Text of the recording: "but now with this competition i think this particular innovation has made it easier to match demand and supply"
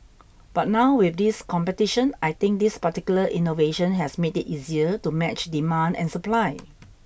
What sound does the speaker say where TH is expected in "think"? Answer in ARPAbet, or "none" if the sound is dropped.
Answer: T